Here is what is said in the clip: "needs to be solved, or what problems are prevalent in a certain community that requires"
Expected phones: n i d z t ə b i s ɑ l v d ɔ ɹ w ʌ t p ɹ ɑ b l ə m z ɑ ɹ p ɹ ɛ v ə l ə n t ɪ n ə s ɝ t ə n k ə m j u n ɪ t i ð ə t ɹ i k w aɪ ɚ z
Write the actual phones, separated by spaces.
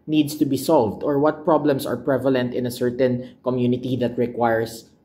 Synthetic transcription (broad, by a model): n i d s t ə b i s ɑ l v d ɔ ɹ w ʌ t p ɹ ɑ b l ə m s ɑ ɹ p ɹ ɛ v ə l ə n t ɪ n ə s ɝ t ə n k ə m j u n ɪ t i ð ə t ɹ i k w aɪ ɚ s